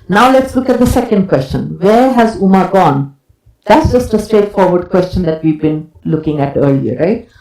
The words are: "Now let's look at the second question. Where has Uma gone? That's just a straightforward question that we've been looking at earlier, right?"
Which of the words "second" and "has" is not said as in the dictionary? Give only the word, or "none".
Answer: none